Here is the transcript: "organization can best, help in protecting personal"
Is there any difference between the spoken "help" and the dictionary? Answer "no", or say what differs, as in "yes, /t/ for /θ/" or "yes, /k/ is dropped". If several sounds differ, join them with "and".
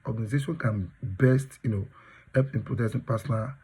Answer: yes, /n/ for /l/